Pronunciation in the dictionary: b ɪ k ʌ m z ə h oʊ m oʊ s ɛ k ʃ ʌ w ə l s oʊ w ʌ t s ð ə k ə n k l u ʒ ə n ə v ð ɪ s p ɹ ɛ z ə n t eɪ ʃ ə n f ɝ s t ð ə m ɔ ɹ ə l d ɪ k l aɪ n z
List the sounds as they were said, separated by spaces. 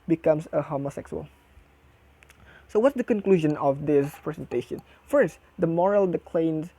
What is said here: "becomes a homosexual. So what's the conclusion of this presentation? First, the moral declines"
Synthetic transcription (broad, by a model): b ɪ k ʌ m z ə h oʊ m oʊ s ɛ k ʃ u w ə l s oʊ w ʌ t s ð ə k ə n k l u ʒ ə n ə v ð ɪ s p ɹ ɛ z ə n t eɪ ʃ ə n f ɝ s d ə m ɔ ɹ ə l d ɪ k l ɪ n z